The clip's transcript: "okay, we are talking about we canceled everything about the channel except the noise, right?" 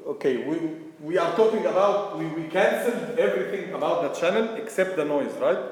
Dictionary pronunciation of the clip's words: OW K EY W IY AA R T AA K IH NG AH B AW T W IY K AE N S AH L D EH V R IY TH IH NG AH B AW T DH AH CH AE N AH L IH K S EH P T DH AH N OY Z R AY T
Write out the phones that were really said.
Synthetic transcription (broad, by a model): OW K EY W IY AA R T AA K IH NG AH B AW T W IY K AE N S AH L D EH V R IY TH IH NG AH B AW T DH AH CH AE N AH L IH K S EH P T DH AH N OY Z R AY T